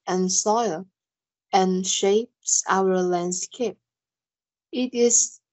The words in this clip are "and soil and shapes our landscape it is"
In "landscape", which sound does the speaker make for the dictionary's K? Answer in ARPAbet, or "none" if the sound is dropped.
K